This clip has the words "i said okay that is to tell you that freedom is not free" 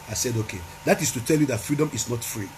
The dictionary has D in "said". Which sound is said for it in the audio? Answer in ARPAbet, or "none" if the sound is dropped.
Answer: D